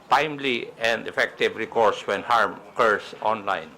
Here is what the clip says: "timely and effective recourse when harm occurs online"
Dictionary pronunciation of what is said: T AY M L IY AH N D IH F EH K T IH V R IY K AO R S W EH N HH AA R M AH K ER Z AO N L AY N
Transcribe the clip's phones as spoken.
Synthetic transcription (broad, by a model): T AY M L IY AH N D IH F EH K T IH V R IY K AO R S W EH N HH AA R M K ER S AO N L AY N